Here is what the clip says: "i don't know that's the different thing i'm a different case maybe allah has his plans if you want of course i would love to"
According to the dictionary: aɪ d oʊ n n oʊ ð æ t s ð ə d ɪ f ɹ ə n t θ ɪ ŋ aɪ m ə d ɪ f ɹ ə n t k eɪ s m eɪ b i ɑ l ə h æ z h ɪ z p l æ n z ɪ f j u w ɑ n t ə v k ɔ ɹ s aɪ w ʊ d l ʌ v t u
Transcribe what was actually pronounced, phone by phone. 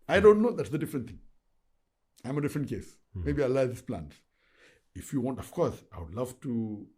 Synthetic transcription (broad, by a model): aɪ d oʊ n n oʊ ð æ t s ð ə d ɪ f ɹ ə n t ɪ ŋ aɪ m ə d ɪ f ɹ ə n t k eɪ s m eɪ b i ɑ ə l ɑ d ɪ s p l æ n s ɪ f j u w ɑ n t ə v k ɔ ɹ s aɪ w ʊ d l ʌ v t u